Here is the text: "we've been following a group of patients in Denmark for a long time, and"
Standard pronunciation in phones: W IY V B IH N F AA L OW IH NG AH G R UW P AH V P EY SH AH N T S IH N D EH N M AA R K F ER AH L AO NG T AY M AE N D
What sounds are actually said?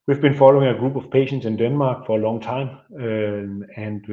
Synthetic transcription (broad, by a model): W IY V B IH N F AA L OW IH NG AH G R UW B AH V P EY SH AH N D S IH N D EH N M AA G F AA AH L AO NG S AY M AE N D